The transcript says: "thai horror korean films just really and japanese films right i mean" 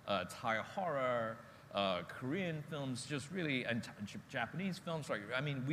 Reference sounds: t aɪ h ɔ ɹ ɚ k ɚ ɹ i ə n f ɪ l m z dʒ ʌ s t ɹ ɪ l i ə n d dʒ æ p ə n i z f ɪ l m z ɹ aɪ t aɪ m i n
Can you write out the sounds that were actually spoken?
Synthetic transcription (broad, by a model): t aɪ h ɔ ɹ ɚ k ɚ ɹ i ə n f ɪ l m z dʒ ʌ s t ɹ ɪ l i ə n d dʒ æ p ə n i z f ɪ l m z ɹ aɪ aɪ m i n